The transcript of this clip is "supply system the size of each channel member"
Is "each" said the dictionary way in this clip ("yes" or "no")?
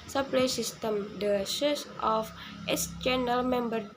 no